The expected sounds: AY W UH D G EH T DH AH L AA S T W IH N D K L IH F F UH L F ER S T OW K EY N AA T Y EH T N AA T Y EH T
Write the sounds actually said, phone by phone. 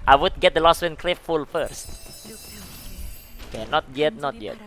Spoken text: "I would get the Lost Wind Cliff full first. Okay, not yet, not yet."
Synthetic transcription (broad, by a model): AY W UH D G EH T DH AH L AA S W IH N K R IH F F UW L F ER S T OW K EY N AA T Y EH T N AA T Y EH T